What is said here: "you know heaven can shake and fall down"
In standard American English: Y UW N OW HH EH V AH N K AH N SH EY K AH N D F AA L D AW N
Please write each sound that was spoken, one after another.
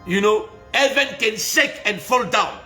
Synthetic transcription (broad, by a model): Y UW N OW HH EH V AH N K AH N S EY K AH N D F AA L D AW N